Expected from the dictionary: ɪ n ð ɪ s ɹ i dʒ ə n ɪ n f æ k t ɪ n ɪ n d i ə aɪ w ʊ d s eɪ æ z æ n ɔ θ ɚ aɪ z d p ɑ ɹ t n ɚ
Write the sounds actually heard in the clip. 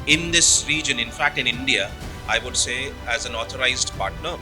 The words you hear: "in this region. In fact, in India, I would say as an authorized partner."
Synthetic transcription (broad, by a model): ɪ n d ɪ s ɹ i dʒ ə n ɪ n f æ k t ɪ n ɪ n d i ə aɪ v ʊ d s eɪ æ z æ n ɔ t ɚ aɪ z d p ɑ ɹ t n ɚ